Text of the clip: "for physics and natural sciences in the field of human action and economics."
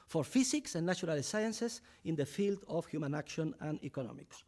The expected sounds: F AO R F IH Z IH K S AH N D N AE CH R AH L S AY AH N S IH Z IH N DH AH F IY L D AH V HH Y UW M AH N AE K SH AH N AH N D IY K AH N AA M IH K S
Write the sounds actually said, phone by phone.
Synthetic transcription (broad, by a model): F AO R F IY S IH K S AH N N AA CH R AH L S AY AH N S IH S IH N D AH F IY L D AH F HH Y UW M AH N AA K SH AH N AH N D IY K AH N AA M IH K S